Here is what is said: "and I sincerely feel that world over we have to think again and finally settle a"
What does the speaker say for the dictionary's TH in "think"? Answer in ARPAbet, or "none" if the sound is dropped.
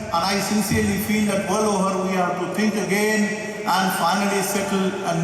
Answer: T